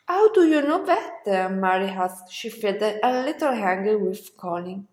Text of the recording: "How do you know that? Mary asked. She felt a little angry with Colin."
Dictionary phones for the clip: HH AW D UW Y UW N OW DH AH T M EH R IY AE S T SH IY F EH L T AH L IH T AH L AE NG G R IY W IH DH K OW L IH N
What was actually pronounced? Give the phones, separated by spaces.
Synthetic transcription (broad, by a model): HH AW D UW Y UW N OW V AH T M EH R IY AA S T SH IY F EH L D AH L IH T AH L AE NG G IY W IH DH K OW L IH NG